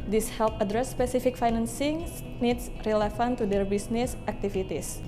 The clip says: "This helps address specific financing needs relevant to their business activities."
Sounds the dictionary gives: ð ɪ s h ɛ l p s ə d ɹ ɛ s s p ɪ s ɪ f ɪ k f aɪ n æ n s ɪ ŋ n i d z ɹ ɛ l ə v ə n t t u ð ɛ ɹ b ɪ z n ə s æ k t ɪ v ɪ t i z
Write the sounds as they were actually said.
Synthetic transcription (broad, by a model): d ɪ s h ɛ l p ə d ɹ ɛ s s p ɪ s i f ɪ k f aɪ n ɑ n s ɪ ŋ n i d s ɹ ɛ l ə f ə n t t u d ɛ ɹ b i s n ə s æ k t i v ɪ t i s